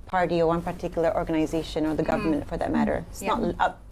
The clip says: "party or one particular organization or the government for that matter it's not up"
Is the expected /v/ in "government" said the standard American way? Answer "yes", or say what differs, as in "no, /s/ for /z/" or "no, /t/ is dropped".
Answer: yes